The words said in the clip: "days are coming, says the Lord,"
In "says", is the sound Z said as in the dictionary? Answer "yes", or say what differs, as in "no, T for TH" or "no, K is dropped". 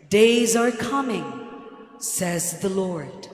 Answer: yes